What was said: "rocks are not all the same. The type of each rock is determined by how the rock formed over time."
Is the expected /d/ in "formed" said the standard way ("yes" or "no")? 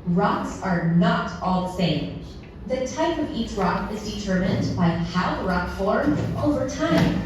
no